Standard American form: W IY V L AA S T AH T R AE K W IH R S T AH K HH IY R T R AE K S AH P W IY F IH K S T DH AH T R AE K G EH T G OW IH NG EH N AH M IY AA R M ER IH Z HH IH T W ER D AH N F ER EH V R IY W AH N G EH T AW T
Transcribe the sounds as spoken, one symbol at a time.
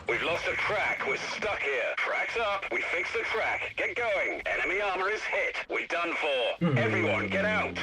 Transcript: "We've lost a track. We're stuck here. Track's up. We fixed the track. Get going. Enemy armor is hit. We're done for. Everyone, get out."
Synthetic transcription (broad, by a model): W IY V L AA S T AH T R AE K W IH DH S T AH K HH IY R T R AE K S AH P W IY F IH K S DH AH T R AE K G EH T G OW IH NG EH N AH M IY AA R M ER IH Z HH IH T W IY D AH N F ER EH V R IY W AH N G EH T AW T